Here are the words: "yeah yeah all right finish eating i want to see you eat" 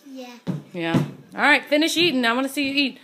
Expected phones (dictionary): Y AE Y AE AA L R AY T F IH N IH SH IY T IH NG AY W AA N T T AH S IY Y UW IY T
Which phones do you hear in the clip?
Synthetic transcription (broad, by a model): Y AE Y AE AA L R AY T F IH N IH SH IY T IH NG AY W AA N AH S IY Y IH IY T